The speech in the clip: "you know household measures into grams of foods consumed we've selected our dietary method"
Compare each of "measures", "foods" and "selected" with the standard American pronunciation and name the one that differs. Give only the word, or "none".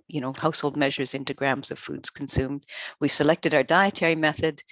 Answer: none